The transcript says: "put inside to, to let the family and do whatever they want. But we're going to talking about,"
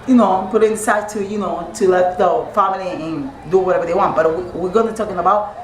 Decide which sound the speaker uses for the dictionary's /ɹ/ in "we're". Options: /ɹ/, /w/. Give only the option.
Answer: /w/